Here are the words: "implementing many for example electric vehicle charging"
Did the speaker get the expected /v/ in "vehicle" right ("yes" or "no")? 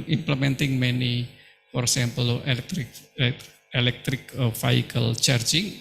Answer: no